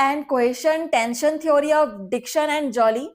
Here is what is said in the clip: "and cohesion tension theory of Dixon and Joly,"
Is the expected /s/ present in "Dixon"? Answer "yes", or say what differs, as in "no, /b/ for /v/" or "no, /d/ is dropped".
no, /ʃ/ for /s/